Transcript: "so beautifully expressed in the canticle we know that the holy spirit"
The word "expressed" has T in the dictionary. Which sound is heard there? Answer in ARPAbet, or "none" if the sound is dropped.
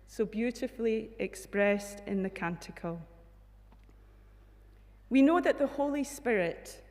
T